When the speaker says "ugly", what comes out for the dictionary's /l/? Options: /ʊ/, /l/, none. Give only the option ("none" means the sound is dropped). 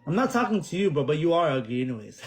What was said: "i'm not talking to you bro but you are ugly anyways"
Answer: none